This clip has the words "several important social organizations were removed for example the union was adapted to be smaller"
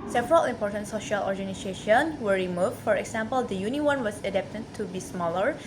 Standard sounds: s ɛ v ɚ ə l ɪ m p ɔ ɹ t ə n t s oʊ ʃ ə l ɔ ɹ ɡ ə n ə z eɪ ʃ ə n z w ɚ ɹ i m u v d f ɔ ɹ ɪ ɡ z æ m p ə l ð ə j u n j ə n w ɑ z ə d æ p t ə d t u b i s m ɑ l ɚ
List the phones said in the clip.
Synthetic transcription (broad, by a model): s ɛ v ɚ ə l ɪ m p ɔ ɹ t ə n t s oʊ ʃ ə l ɔ ɹ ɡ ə n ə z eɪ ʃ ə n w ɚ ɹ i m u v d f ɔ ɹ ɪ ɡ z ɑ m p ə l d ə j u n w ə n w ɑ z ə d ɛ p t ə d t u b i s m ɑ l ɚ